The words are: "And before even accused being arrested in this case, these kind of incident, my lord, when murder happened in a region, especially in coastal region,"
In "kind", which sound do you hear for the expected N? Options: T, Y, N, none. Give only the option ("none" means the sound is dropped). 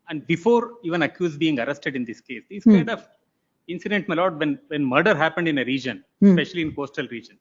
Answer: none